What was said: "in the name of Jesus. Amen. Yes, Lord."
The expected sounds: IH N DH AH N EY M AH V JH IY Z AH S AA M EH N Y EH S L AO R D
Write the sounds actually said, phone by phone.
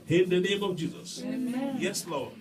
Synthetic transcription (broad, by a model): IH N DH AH N EY M AH V JH IY Z AH S Y EH S L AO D